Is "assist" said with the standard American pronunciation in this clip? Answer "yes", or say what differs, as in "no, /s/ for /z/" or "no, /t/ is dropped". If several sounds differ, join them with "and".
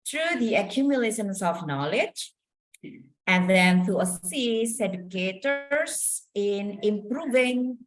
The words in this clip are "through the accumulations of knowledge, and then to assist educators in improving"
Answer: no, /t/ is dropped